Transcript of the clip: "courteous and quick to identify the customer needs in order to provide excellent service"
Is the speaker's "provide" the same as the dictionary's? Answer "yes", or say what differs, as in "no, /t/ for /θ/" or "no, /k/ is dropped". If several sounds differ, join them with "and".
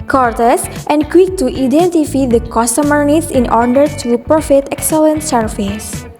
no, /f/ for /v/